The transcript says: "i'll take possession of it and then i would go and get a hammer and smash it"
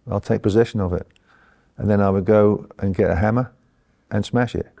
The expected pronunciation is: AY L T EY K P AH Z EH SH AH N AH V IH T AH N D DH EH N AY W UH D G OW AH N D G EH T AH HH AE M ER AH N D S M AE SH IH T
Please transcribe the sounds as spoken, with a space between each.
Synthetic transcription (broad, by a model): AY L T EY K P AH Z EH SH AH N AH V IH T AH N DH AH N AY W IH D G OW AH N G EH T AH HH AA M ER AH N S M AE SH IH T